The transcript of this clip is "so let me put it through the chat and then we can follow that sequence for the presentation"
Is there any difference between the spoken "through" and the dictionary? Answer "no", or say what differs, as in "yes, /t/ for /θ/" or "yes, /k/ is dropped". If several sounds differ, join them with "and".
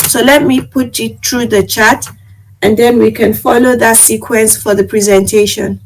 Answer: yes, /t/ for /θ/